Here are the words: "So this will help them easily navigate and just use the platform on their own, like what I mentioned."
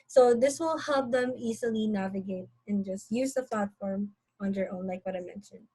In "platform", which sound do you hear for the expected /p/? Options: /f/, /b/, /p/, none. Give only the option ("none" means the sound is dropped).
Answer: /p/